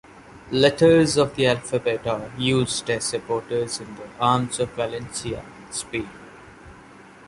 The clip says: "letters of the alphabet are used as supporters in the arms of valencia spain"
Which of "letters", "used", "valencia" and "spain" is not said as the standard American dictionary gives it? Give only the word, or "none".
spain